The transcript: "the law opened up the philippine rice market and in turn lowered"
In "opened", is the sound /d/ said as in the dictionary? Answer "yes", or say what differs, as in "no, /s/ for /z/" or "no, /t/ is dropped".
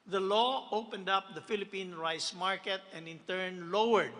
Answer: yes